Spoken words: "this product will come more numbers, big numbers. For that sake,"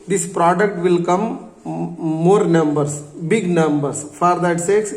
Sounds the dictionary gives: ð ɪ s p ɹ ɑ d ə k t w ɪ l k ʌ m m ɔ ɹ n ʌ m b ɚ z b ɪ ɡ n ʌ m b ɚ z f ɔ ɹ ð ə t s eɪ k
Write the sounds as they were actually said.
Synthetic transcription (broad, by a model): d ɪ s p ɹ ɑ d ə k t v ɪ l k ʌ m m ɔ ɹ n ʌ m b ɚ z b ɪ ɡ n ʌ m b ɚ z f ɔ ɹ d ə t s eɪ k